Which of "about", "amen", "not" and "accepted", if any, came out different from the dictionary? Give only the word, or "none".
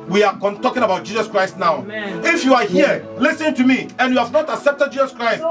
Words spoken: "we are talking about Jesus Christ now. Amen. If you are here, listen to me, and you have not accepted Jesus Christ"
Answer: amen